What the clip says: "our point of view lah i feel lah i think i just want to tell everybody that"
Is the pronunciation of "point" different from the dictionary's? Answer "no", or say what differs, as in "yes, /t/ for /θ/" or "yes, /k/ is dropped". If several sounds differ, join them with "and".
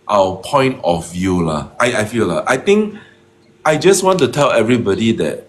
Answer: no